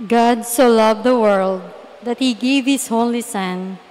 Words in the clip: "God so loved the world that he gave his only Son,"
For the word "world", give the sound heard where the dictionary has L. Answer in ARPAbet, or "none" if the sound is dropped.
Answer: L